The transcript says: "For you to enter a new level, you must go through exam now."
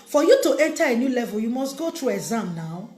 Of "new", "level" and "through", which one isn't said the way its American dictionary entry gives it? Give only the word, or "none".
through